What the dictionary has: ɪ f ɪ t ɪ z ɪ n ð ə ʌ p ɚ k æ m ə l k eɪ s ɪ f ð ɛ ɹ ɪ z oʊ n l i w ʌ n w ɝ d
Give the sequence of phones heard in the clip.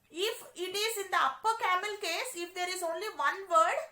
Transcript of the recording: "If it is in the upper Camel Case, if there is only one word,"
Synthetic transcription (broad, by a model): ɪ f ɪ t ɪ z ɪ n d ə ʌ p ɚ k æ m ə l k eɪ s ɪ f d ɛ ɹ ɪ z oʊ n l i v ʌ n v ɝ d